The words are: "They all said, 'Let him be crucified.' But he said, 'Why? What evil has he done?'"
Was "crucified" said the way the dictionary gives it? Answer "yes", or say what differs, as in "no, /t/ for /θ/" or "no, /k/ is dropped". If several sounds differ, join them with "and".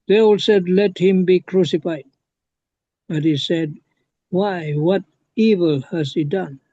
yes